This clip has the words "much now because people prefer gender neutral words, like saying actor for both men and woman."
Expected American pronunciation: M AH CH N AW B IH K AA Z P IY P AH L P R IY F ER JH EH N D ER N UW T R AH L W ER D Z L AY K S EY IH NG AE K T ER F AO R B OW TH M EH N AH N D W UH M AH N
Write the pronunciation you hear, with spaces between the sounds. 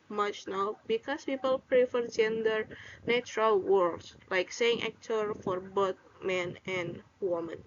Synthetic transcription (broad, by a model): M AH CH N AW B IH K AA S P IY P AH L P R IY F ER JH EH N D ER N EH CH R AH L W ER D S L AY K S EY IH NG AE K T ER F AO R B OW T M EH N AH N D W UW M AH N